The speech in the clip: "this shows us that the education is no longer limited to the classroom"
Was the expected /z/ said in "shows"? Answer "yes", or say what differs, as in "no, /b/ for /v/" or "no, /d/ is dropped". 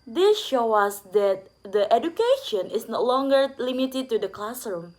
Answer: no, /z/ is dropped